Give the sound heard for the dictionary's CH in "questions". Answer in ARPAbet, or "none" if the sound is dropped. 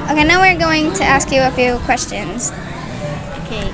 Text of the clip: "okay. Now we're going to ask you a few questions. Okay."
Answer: CH